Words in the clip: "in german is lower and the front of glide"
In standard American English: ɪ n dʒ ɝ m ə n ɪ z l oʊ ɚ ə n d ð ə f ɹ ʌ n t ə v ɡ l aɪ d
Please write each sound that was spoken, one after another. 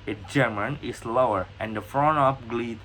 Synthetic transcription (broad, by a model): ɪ dʒ ɝ m ə n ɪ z l oʊ ɚ ə n d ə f ɹ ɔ n ə p ɡ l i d